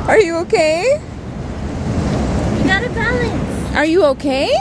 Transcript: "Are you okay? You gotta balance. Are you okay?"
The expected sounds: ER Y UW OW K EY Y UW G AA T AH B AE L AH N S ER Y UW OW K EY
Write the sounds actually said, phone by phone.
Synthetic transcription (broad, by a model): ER Y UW OW K EY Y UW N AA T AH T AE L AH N ER Y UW OW K EY